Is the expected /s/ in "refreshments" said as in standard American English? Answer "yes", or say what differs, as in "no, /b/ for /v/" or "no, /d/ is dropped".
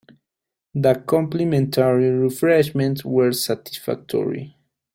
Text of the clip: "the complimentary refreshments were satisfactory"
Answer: no, /s/ is dropped